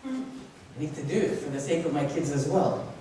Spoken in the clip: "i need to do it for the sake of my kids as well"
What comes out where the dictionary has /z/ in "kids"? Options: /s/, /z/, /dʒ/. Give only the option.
/z/